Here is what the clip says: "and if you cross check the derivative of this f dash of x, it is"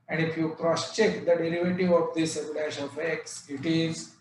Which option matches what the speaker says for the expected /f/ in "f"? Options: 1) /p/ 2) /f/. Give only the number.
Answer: 1